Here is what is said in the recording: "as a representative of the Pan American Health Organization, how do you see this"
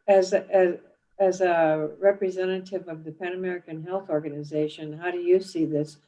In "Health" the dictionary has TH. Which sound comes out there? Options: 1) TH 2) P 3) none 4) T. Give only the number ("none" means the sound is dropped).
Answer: 1